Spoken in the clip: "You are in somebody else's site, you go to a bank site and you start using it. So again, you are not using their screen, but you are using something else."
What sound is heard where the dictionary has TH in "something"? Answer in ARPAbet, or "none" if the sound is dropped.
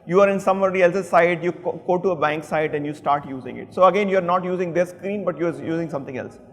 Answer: T